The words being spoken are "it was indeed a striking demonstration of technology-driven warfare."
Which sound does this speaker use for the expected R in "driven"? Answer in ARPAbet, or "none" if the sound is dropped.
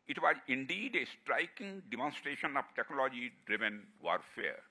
R